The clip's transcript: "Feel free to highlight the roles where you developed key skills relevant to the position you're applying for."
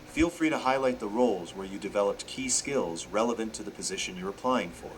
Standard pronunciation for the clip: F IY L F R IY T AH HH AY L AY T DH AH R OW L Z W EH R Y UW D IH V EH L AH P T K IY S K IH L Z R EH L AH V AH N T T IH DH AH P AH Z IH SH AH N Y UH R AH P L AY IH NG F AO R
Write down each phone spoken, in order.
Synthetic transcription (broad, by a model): F IY L F R IY T AH HH AY L AY T DH AH R OW L Z W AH R Y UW D IH V EH L AH P T K IY S K IH L Z R EH L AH V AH N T T IH DH AH P AH Z IH SH AH N Y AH R AH P L AY IH NG F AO R